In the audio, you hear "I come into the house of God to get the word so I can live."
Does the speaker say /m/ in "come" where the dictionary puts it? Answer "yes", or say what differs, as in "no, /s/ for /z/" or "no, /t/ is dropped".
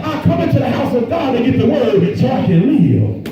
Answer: yes